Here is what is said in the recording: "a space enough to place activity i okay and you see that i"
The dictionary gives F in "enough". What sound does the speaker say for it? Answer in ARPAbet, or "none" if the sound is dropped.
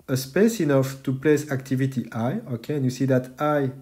F